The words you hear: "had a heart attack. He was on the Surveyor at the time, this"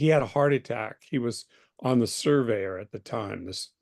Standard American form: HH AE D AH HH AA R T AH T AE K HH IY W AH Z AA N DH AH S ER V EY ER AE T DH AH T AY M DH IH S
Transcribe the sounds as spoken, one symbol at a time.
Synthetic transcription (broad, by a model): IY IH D AH HH AA R T AH T AE K HH IY W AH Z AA N DH AH S ER V EY ER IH T DH AH T AY M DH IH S